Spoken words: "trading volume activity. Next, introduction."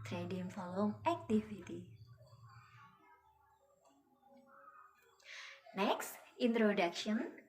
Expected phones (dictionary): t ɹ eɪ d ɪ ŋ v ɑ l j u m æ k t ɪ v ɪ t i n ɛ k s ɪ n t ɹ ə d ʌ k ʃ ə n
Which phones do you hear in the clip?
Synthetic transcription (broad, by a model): t ɹ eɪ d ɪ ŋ f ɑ l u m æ k t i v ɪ t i n ɛ k s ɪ n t ɹ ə d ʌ k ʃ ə n